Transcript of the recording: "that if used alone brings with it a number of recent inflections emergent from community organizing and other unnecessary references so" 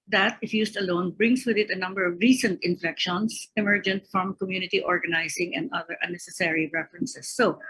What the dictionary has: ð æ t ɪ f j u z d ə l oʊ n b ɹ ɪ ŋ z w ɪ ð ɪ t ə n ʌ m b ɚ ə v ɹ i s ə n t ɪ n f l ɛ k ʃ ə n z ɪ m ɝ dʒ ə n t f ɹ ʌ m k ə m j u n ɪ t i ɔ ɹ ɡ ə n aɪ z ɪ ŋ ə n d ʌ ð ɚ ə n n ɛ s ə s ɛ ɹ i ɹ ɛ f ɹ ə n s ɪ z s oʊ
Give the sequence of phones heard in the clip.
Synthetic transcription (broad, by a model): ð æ t ɪ f j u s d ə l oʊ n b ɹ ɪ ŋ s w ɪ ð ɪ t ə n ʌ m b ɚ ə v ɹ i s ə n t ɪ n f l ɛ k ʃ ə n s ɪ m ɝ dʒ ə n t f ɹ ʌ m k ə m j u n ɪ t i ɔ ɹ ɡ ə n aɪ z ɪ ŋ ə n d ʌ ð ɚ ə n n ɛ s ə s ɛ ɹ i ɹ ɛ f ɹ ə n s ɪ s oʊ